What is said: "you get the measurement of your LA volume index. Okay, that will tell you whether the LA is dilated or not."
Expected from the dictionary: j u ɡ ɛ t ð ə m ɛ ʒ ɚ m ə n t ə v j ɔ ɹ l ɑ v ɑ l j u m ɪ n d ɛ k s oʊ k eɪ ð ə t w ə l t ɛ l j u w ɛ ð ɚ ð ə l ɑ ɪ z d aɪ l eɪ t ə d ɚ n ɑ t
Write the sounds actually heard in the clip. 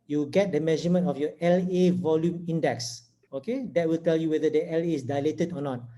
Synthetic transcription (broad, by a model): j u ɡ ɛ t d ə m ɛ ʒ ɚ m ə n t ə f j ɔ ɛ l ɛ v ɑ l j u m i n d ɛ k s oʊ k eɪ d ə t w ə l t ɛ l j u w ɛ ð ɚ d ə l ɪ s d aɪ l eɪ t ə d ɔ n ɑ t